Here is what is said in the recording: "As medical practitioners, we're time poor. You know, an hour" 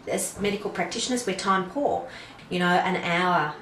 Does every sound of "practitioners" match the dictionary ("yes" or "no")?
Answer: yes